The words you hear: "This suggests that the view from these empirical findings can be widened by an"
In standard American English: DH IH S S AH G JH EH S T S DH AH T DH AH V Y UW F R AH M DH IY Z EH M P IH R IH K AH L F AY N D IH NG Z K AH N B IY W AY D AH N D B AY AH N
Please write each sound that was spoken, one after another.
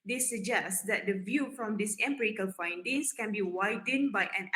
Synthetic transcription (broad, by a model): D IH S S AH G JH EH S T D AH T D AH V Y UW F R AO M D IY S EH M P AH R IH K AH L F AY N D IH NG S K AH N B IY W AY D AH N B AY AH N